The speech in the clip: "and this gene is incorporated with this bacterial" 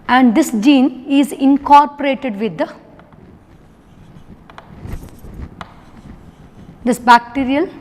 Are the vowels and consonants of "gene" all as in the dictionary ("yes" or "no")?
yes